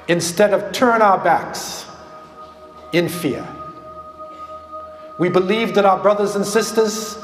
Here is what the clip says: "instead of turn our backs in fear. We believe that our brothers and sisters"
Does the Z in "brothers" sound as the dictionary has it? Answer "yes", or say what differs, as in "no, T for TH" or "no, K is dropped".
yes